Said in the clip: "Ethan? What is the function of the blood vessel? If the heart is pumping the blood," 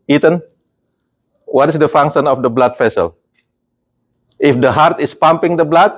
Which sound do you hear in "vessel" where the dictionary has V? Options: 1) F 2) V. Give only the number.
1